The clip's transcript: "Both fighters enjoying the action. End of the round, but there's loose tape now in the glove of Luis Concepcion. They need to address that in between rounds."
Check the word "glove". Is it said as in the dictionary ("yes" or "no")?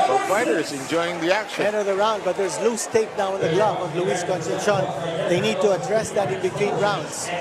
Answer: no